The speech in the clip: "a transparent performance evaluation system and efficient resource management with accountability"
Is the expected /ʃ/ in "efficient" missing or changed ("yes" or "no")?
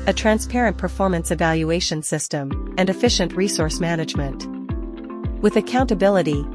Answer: no